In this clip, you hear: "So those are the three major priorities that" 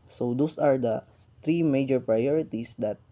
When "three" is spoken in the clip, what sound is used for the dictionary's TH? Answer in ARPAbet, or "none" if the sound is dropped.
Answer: T